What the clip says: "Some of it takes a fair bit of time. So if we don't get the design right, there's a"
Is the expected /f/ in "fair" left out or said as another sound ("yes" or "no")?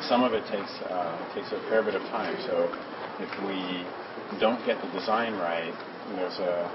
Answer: yes